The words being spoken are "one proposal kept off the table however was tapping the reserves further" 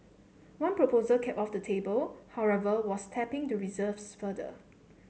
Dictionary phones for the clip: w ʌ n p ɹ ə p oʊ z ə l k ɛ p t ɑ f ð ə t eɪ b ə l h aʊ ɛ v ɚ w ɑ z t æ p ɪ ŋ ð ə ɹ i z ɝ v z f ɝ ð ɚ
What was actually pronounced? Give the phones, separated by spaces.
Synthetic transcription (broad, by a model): w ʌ n p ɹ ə p oʊ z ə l k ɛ p ɑ f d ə t eɪ b ə l h aʊ ɛ v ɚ w ɑ s t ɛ p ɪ ŋ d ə ɹ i z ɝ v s f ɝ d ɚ